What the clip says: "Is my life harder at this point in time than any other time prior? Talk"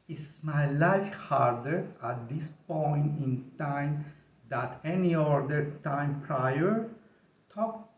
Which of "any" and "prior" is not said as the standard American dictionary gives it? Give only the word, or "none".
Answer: none